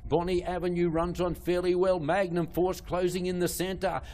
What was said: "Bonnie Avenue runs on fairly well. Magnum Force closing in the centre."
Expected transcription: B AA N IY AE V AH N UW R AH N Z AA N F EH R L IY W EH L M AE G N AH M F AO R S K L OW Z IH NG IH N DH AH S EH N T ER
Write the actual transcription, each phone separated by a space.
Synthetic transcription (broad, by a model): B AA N IY AE V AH N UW R AH N Z N F EH R L IY W EH L M AE G N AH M F AO R S K L OW Z IH NG IH N DH AH S EH N T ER